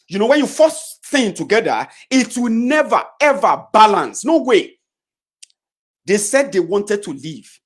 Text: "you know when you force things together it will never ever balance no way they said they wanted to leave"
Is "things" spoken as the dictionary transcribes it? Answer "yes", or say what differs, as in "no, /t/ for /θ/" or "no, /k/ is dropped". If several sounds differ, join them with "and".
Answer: no, /z/ is dropped